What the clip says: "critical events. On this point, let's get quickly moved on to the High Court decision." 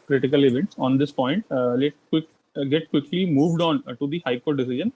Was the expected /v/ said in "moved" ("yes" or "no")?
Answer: yes